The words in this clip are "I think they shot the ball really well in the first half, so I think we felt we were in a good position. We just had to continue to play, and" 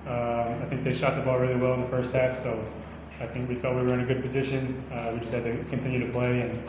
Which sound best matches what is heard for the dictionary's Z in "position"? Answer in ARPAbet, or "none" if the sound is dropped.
Z